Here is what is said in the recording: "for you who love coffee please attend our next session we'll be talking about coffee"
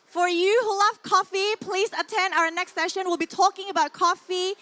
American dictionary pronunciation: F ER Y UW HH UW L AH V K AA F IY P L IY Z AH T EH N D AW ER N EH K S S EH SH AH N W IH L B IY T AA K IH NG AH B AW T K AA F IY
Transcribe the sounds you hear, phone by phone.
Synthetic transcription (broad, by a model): F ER Y UW HH UW L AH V K AA F IY P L IY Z AH T EH N D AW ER N EH K S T EH SH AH N W IH L B IY T AA K IH NG AH B AW T K AA F IY